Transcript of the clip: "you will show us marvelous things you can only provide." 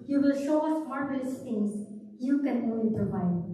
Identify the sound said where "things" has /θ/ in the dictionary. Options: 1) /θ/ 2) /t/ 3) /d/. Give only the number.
2